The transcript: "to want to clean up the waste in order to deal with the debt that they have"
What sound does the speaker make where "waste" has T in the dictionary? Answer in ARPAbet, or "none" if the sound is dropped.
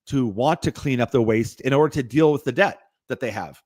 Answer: T